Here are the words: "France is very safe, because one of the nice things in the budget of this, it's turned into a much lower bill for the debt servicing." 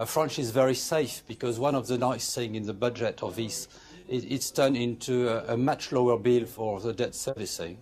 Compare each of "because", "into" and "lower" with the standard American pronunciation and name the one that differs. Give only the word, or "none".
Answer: none